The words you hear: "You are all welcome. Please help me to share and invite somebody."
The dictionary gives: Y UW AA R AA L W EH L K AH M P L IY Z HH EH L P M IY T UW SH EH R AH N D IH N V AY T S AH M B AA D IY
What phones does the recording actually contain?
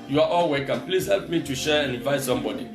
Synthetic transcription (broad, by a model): Y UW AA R AA L W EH K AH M P L IY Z HH EH L P M IY T UW SH EH R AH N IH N V AY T S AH M B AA D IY